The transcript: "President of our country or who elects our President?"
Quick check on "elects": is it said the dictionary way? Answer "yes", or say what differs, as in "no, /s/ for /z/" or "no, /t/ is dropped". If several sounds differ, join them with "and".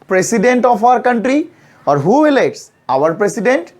no, /k/ is dropped